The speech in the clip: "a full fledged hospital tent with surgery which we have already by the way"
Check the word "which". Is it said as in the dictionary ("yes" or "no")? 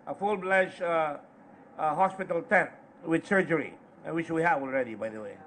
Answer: no